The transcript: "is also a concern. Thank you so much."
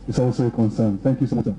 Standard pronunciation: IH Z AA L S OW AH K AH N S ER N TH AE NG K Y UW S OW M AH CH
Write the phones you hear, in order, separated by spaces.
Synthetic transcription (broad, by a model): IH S AA L S OW AH K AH N S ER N TH AE NG K Y UW S OW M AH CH